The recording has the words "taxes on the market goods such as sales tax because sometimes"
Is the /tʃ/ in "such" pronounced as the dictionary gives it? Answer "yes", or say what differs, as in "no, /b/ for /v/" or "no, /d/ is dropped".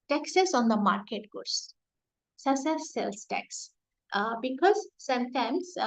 no, /s/ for /tʃ/